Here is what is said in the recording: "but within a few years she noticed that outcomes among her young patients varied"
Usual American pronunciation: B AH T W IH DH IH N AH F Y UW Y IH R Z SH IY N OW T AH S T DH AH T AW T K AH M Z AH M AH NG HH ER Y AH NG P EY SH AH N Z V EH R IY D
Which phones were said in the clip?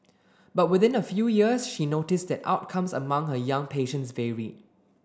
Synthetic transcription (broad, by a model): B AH T W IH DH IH N AH F Y UW Y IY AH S SH IY N OW T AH S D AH T AW T K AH M S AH M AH NG HH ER Y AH NG P EY SH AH N S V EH R IY